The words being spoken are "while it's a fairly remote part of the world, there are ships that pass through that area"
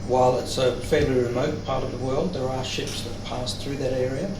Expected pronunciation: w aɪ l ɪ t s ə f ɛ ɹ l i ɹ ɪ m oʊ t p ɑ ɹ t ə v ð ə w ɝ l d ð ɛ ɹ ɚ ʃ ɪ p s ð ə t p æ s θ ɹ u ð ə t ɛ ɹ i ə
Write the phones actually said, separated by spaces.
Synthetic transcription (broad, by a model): w aɪ l ɪ t s ə f ɛ ɹ l i ɹ ɪ m oʊ t p ɑ ɹ t ə v ð ə w ɝ l d ð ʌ ɹ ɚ ʃ ɪ p s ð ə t p æ s θ ɹ u ð ə t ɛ ɹ i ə